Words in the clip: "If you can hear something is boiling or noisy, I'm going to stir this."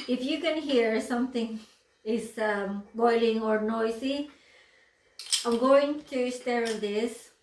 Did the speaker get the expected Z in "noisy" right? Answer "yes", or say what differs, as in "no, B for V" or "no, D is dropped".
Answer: no, S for Z